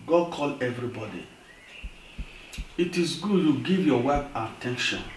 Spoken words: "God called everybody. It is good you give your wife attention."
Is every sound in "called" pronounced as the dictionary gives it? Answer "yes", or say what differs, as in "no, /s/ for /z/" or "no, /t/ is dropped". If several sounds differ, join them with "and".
no, /d/ is dropped